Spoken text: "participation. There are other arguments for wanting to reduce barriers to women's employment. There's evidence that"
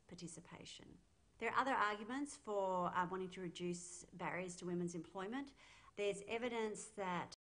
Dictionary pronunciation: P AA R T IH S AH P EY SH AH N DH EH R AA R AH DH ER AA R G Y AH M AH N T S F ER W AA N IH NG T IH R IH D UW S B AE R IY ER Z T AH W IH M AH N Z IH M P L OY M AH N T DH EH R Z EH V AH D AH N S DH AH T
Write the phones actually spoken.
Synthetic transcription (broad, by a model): P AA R T IH S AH P EY SH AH N DH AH R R AH DH ER AA R G Y AH M AH N T S F ER W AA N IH NG T IH R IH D UW S B AE R IY ER Z T AH W IH M AH N Z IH M P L OY M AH N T DH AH R Z EH V AH D AH N S DH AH T